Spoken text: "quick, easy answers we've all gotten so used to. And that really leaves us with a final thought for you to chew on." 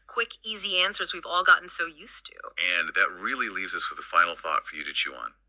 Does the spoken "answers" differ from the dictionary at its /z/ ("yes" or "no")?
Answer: no